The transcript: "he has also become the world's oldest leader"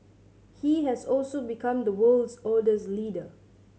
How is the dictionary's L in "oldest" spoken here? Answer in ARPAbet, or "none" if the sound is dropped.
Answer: none